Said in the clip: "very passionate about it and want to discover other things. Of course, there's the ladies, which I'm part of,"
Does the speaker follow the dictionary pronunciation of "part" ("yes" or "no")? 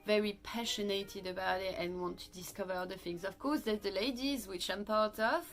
yes